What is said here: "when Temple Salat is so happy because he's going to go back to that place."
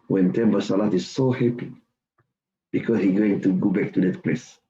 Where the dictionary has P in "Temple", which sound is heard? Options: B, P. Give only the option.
B